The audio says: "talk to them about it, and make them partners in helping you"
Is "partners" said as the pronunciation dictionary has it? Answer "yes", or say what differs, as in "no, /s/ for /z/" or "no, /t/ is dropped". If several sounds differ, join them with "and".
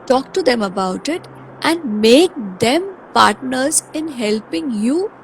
yes